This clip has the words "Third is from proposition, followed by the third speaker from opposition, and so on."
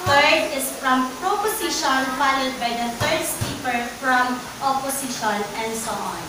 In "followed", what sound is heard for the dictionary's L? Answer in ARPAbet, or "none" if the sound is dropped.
N